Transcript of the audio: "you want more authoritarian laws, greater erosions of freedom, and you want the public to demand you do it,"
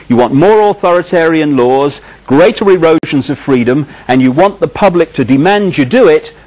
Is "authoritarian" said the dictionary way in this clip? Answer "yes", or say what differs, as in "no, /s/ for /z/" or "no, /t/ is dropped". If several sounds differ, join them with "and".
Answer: yes